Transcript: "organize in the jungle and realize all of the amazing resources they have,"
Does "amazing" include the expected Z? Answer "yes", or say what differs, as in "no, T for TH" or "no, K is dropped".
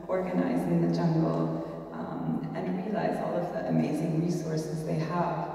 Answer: yes